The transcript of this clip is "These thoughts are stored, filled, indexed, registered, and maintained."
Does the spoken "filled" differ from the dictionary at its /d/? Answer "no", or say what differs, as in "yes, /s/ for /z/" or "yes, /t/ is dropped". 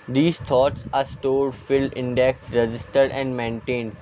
yes, /d/ is dropped